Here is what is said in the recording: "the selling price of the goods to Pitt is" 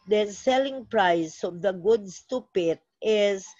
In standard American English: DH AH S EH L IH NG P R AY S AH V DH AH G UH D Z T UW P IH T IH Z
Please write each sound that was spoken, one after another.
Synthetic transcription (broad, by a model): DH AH S EH L IH NG P R AY S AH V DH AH G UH D S T UW P IH T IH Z